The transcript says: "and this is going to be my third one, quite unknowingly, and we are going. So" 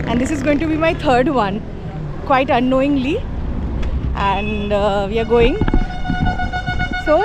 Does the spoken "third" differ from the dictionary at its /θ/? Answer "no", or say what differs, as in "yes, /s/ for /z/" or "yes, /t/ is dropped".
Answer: yes, /t/ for /θ/